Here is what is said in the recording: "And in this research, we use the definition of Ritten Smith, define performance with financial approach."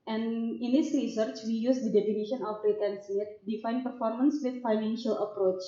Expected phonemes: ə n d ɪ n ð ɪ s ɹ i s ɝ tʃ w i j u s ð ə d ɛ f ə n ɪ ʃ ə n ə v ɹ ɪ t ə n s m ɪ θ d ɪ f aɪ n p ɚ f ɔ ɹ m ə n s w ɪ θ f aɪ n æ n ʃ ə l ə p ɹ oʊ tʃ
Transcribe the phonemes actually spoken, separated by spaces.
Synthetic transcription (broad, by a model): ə n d ɪ n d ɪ s ɹ i s ɝ tʃ w i j u s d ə d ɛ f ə n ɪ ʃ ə n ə f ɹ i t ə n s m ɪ t d ɪ f aɪ n p ɚ f ɔ ɹ m ə n s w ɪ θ f aɪ n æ n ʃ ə l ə p ɹ oʊ tʃ